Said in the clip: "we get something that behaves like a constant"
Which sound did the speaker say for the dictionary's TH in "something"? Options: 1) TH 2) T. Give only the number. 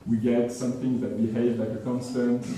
1